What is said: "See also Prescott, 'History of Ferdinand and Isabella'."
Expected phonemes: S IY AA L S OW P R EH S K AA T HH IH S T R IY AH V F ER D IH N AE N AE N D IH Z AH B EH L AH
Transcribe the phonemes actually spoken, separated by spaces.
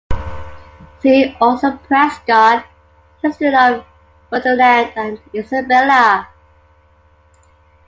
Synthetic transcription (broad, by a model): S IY AA L S OW P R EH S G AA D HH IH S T IY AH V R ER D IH L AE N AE N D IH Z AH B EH L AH